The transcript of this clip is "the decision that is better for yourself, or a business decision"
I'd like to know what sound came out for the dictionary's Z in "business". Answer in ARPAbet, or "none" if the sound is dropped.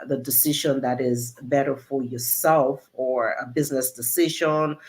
Z